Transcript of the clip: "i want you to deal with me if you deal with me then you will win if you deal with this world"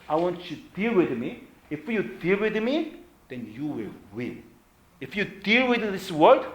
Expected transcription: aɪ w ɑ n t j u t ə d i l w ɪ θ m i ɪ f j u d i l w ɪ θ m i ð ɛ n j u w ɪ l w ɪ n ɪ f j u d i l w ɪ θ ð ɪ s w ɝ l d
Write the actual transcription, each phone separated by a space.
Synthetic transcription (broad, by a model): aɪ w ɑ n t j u d i l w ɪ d m i ɪ f j u d i l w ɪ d m i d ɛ n j u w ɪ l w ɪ l ɪ f j u d i l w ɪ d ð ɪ s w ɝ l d